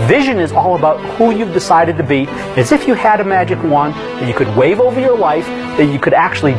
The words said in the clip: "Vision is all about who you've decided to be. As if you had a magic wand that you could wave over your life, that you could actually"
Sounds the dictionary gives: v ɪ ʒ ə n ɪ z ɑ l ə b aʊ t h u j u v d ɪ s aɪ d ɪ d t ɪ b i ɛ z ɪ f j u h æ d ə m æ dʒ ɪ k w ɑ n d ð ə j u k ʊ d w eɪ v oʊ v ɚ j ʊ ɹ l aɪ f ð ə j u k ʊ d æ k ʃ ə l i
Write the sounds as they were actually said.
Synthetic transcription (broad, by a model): v ɪ ʒ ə n ɪ z ɑ l ə b aʊ t h u j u v d ɪ s aɪ d ɪ d t ɪ b i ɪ z ɪ f j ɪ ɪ d ə m æ dʒ ɪ k w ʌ n ð ə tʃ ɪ k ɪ d w eɪ v oʊ v ɚ j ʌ ɹ l aɪ f ð ə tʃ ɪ k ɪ d æ k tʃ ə l i